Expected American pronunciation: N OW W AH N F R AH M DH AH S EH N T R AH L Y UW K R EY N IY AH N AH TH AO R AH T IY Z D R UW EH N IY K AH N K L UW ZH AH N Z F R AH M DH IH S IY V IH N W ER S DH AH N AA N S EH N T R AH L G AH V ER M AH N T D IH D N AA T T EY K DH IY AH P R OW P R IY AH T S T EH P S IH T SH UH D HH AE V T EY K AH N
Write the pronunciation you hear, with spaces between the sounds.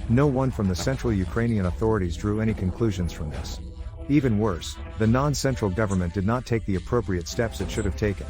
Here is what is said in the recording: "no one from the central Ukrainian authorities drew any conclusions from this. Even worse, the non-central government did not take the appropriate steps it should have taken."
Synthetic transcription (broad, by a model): N OW W AH N F R AH M DH AH S EH N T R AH L Y UW K R EY N IY AH N AH TH AO R AH T IY Z D R UW EH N IY K AH N K L UW ZH AH N Z F R AH M DH IH S IY V IH N W ER S DH AH N AA N S EH N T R L G AH V ER M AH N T D IH D N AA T T EY K DH IY AH P R OW P R IY AH T S T EH P S IH T SH UH D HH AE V T EY K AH N